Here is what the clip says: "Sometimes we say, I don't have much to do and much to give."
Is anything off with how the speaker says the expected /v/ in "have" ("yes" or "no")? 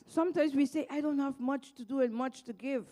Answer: no